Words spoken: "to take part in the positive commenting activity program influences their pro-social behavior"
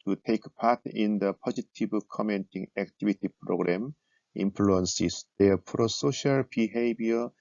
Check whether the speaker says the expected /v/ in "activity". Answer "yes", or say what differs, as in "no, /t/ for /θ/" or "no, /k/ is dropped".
no, /b/ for /v/